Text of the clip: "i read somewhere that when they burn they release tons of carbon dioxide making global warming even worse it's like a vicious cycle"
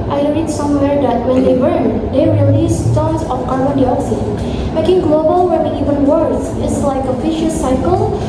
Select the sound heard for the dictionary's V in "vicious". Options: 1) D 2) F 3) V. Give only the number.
2